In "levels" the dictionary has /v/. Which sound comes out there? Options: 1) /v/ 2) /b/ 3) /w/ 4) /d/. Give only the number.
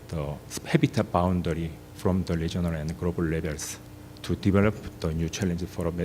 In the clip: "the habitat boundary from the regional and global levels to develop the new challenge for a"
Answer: 2